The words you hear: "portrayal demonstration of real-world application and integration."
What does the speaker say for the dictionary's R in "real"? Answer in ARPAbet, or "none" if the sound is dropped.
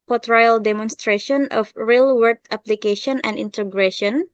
R